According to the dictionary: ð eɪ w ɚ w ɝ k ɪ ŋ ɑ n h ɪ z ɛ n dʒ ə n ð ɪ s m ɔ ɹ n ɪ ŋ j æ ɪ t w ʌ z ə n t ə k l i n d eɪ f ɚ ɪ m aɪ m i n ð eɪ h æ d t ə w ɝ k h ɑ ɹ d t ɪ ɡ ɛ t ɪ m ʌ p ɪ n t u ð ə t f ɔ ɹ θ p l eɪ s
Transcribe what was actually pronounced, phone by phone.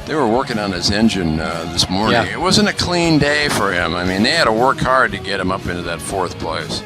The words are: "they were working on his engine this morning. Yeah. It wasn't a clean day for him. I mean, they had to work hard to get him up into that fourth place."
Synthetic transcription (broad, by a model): ð eɪ w ɚ w ɝ k ɪ ŋ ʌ n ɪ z ɛ n dʒ ə n ð ɪ s m ɔ ɹ n ɪ ŋ ɪ t w ʌ z ə n t ə k l i n d eɪ f ɚ ɪ m aɪ m i n ð eɪ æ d t ə w ɝ k h ɑ ɹ d t ɪ ɡ ɛ t ɪ m ʌ p ɪ n t u ð ə t f ɔ ɹ θ p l eɪ s